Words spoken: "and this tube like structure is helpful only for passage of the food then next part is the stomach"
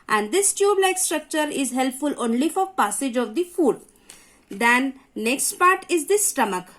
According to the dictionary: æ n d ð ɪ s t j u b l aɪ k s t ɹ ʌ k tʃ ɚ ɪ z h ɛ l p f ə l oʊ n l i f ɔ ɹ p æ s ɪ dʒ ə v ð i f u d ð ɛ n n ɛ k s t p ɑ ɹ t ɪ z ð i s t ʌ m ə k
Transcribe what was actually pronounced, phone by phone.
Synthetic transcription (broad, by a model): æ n d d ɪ s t j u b l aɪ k s t ɹ ʌ k tʃ ɚ ɪ z h ɛ l p f ə l oʊ n l i f ɔ ɹ p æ s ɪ dʒ ə v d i f u d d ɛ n n ɛ k s t p ɑ ɹ t ɪ z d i s t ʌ m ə k